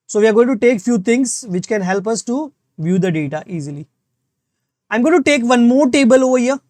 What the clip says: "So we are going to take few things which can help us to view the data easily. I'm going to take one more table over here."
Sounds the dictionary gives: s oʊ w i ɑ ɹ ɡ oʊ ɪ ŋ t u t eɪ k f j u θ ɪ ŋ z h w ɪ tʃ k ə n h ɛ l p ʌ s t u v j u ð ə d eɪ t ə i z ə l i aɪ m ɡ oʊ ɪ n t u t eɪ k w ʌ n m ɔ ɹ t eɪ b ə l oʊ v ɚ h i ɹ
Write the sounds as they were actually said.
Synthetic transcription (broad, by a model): s oʊ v i ɑ ɹ ɡ oʊ ɪ ŋ t u t eɪ k f j u t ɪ ŋ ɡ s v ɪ tʃ k ə n h ɛ l p ʌ s t u v j u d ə d eɪ t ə i z ə l i aɪ m ɡ oʊ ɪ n t u t eɪ k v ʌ n m ɔ ɹ t eɪ b ə l oʊ v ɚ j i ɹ